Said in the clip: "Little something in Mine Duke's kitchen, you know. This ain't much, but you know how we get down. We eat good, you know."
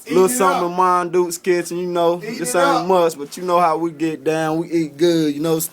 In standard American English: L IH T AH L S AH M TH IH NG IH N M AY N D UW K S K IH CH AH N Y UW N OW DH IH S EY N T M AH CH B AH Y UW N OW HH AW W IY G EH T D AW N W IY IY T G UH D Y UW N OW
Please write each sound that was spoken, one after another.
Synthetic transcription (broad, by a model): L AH S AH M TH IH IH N M AY N D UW S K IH S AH N Y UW N OW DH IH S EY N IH M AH S B AH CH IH N OW HH AW W IY G EH T D AW N W IY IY T G UH D Y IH N OW